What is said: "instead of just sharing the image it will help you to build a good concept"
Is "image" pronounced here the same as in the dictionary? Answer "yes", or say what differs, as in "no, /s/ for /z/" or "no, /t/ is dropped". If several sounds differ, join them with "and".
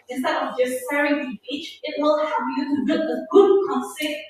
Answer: no, /tʃ/ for /dʒ/